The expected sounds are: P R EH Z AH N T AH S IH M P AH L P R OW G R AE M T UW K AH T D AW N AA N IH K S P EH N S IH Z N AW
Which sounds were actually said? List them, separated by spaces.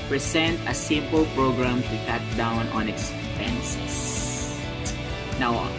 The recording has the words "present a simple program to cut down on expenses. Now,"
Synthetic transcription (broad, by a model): P R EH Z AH N T AH S IH M P AH L P R OW G R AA M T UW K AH T D AW N AA N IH K S P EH N S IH S N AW